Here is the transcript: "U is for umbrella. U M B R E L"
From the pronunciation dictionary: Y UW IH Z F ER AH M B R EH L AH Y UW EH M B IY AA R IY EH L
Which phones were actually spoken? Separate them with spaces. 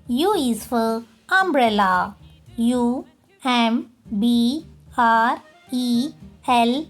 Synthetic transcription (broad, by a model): Y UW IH S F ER AH M B R EH L AH Y UW EH M B IY AA R IY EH L